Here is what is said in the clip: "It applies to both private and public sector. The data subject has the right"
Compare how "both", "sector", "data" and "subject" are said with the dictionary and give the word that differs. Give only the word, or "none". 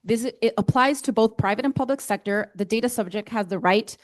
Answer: none